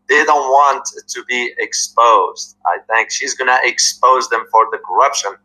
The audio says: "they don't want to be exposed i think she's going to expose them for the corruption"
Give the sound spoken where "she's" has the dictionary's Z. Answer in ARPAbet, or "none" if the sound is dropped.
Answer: Z